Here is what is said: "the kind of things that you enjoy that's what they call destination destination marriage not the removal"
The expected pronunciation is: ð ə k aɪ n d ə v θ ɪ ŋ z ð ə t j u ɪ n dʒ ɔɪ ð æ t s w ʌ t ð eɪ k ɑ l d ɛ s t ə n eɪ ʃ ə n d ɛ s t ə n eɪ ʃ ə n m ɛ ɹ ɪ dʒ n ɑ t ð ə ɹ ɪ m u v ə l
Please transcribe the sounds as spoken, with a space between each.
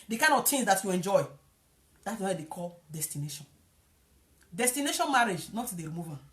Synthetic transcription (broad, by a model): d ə k aɪ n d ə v t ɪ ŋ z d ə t j u ɪ n dʒ ɔɪ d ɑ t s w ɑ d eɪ k ɑ l d ɛ s t ə n eɪ ʃ ə n d ɛ s t ə n eɪ ʃ ə n m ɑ ɹ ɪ dʒ n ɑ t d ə ɹ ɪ m u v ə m